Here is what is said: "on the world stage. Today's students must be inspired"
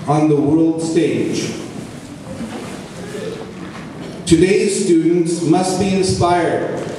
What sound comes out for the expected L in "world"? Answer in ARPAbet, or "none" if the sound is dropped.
L